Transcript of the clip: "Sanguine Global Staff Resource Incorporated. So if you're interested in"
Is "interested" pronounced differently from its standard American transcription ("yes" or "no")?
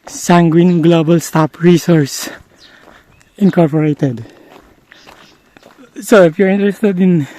no